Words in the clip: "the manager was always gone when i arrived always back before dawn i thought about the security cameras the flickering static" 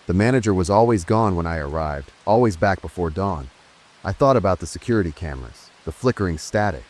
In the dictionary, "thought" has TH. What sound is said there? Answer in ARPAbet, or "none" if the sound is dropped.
TH